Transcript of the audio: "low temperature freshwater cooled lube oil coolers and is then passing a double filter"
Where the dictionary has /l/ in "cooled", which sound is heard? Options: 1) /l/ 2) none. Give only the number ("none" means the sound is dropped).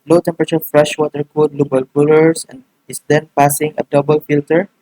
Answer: 2